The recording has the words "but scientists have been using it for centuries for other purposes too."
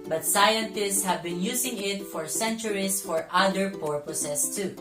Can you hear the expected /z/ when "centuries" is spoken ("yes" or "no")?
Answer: no